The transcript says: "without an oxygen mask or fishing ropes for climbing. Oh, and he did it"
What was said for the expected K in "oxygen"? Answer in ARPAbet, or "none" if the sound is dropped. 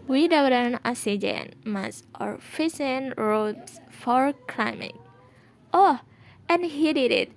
none